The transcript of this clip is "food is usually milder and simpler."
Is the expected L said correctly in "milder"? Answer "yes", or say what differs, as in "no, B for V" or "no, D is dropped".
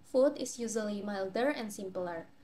yes